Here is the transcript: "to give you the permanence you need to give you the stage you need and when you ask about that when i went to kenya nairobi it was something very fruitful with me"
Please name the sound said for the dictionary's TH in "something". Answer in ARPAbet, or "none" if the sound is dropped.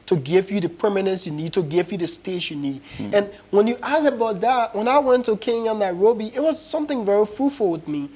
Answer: TH